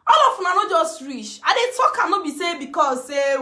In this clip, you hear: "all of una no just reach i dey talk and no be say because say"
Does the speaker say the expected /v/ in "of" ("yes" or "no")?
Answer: no